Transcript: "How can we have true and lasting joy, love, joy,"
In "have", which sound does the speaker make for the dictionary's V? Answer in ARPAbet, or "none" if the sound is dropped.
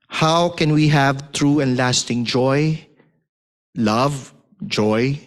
V